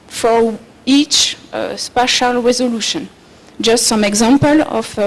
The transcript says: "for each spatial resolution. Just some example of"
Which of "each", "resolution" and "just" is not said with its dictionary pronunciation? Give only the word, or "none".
none